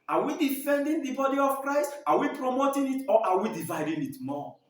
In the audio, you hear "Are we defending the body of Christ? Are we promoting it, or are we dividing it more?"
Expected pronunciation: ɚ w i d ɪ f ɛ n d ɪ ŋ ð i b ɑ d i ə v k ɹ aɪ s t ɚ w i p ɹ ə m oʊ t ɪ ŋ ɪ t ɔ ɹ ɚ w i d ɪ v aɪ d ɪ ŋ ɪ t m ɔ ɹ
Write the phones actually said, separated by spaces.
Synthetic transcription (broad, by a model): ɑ w i d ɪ f ɛ n d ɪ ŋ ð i b ɑ d i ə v k ɹ aɪ s t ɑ w i p ɹ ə m oʊ t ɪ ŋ ɪ t ɔ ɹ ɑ w i d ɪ v aɪ d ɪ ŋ ɪ t m ɔ